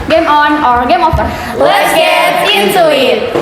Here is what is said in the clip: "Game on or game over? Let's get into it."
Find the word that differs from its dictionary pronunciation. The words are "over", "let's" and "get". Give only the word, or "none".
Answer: over